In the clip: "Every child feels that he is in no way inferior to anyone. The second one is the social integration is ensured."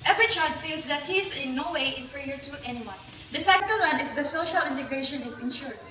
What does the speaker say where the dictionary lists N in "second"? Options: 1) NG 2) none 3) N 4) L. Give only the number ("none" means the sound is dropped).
4